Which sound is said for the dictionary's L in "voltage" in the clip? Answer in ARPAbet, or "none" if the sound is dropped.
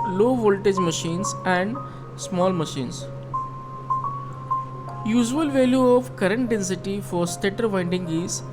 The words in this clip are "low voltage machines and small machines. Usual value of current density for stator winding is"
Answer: L